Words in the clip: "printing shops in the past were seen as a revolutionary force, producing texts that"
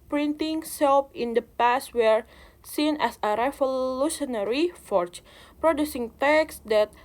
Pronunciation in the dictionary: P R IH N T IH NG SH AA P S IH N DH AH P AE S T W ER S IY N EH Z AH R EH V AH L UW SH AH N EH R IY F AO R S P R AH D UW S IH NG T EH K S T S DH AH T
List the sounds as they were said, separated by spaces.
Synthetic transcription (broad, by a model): P R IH N T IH NG S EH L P IH N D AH P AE S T W ER S IY N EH S AH R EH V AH L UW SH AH N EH R IY F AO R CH P R AH D UW S IH NG T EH K S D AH T